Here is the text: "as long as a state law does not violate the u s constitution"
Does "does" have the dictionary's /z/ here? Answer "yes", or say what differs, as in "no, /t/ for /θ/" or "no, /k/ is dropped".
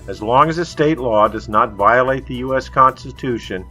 yes